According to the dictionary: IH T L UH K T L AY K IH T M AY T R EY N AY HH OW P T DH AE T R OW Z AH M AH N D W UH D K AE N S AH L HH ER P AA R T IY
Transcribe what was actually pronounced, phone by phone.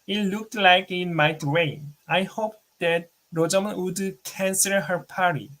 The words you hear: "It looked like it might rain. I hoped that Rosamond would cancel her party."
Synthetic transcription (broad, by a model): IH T L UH K T L AY K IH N M AY T W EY AY HH OW P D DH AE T R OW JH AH M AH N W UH D K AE N S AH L HH ER P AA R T IY